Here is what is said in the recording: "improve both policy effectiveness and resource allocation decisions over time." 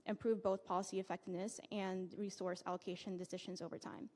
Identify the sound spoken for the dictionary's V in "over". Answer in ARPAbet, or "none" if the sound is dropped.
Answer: V